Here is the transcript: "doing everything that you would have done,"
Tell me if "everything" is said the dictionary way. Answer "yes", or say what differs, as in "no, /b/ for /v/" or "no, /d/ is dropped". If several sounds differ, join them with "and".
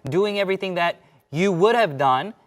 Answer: yes